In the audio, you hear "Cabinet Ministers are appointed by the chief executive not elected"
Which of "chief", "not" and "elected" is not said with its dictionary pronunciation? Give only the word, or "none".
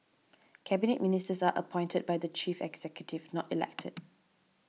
none